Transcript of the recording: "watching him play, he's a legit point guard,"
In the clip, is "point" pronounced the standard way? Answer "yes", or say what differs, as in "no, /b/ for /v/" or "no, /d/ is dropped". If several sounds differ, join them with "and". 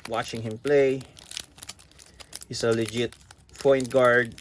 no, /f/ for /p/